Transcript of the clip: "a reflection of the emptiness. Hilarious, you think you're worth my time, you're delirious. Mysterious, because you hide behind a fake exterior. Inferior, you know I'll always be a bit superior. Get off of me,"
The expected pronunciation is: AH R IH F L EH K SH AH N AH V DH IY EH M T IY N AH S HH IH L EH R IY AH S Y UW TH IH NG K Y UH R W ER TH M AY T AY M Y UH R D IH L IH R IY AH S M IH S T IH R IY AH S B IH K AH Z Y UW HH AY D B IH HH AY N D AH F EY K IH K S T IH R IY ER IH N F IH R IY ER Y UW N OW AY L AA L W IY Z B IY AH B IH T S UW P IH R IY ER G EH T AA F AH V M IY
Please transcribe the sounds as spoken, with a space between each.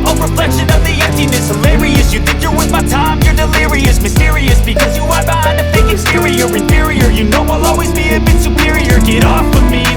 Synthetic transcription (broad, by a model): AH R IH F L EH K SH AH N AH V DH IY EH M T IY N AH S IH L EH R IY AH S Y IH TH IH NG K Y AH R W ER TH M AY T AY M Y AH R D IH L IH R IY AH S M IH S T IH R IY AH S B IH K AH Z Y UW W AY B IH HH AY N AH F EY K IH S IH R IY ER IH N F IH R IY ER Y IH N OW AY L AA L W IY Z B IY AH B IH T S UW P IH R IY ER G EH T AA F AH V M IY